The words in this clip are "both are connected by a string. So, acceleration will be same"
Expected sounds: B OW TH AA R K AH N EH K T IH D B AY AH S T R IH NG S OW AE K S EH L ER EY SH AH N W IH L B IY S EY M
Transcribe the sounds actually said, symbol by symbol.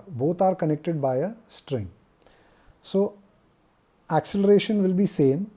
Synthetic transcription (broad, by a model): B OW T AA R K AH N EH K T IH D B AY AH S T R IH NG S OW AE K S EH L ER EY SH AH N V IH L B IY S EY M